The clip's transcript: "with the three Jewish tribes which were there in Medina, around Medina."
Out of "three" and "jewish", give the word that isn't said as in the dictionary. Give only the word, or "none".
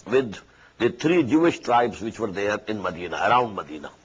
three